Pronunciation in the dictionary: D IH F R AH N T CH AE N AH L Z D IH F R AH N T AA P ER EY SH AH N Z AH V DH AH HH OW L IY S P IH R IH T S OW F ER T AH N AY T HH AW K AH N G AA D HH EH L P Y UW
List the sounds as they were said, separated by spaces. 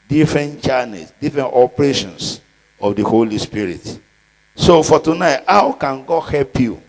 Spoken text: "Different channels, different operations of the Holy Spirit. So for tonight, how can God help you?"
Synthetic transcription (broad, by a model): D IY F R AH N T CH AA N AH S D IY F R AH N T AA P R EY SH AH N S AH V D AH HH OW L IY S P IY R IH T S OW F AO T AH N AY T HH AW K AH N G AA D HH EH L P Y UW